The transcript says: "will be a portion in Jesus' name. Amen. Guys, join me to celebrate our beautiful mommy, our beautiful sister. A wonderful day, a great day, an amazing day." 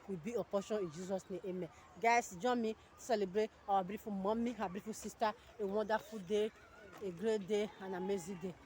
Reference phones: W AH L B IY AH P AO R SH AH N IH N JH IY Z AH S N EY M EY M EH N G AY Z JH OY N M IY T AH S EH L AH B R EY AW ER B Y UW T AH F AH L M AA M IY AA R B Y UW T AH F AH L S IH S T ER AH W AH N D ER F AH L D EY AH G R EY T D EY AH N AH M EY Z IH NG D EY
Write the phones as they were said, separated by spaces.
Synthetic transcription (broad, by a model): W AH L B IY AH P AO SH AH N IH N JH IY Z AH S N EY EY M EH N G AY S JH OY M IY S EH L AH B R EY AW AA B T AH F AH M AA M IY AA B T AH F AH S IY S T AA AH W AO D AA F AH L D EY AH G R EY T D EY AH N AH M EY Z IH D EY